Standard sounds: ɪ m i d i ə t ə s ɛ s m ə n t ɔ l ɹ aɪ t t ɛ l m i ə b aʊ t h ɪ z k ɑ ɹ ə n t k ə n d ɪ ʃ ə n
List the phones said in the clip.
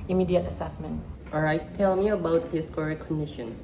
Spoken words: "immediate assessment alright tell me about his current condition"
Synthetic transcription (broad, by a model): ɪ m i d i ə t ə s ɛ s m ə n t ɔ ɹ aɪ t t ɛ l m i ə b aʊ t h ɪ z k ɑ ɹ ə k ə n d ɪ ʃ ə n